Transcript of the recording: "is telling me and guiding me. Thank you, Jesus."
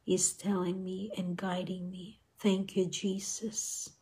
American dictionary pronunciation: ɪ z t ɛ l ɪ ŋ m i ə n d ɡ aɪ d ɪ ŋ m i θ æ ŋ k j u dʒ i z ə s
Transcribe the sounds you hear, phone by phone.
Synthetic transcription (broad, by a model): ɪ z t ɛ l ɪ ŋ m i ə n ɡ aɪ d ɪ ŋ m i θ æ ŋ k j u dʒ i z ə s